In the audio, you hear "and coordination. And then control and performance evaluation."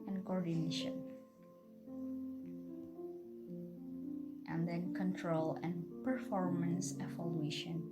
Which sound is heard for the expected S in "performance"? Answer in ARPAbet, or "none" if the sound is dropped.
S